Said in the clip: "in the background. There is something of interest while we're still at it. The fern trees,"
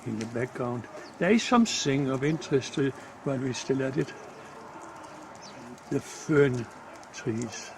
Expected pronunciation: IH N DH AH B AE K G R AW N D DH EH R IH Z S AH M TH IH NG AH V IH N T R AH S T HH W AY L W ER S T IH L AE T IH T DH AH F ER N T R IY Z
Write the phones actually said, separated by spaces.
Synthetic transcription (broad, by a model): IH N DH AH B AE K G R AW N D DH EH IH S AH M S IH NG AH V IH N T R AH S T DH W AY N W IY S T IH L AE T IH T DH AH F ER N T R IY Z